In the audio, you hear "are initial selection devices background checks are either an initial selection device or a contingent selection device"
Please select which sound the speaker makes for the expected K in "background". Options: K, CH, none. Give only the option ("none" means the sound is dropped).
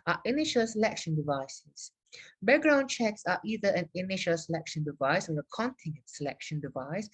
none